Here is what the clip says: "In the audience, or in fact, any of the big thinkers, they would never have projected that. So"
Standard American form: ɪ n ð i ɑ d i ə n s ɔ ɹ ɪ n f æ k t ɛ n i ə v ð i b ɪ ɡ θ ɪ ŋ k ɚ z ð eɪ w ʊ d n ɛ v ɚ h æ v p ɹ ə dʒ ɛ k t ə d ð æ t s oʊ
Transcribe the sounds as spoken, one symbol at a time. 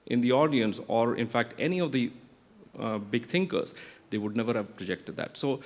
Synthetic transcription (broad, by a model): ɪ n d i ɑ d i ə n s ɔ ɹ ɪ n f æ k t ɛ n i ə v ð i b ɪ ɡ t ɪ ŋ k ɚ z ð eɪ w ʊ d n ɛ v ɚ h æ v p ɹ ə dʒ ɛ k t ə d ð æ t s oʊ